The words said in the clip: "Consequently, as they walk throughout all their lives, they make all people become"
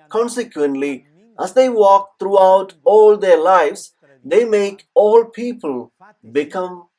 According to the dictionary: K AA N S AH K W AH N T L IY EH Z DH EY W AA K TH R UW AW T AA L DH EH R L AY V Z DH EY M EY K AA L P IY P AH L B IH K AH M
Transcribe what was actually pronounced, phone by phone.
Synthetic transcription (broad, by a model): K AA N S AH K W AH N T L IY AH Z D EY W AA K T R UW AW T AA L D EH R L AY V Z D EY M EY K AA L P IY P AH L B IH K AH M